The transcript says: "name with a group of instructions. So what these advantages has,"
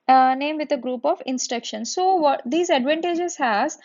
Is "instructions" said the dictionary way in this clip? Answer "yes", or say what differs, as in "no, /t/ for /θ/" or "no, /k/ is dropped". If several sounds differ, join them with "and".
no, /ɹ/ is dropped